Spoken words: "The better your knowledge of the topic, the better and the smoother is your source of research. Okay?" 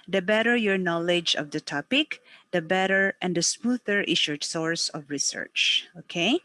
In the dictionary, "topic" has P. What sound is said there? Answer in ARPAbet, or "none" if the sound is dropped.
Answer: P